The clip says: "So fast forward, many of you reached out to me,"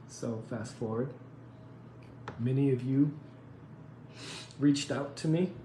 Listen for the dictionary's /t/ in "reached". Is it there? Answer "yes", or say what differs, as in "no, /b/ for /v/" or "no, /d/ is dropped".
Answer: yes